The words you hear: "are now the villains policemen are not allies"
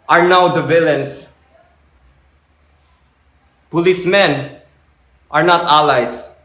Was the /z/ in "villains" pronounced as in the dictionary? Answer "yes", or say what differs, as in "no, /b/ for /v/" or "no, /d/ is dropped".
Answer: no, /s/ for /z/